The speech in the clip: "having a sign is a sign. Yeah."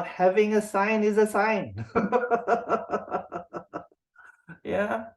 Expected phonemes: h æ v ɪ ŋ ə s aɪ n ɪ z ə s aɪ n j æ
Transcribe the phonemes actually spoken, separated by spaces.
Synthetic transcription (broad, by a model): h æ v ɪ ŋ ə s aɪ n ɪ z ə s aɪ n j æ